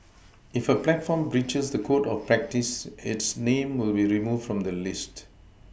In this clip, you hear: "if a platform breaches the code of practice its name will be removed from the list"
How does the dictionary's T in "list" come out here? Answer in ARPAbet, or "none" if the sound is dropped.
T